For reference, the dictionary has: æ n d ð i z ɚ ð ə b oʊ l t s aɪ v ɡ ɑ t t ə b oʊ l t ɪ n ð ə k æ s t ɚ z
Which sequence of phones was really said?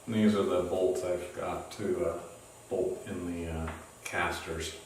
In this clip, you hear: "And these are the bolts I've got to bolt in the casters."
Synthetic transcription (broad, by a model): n ð i z ɚ ð ə b oʊ l t s aɪ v ɡ ɑ t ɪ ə b oʊ l t ɪ n ð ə k æ s t ɚ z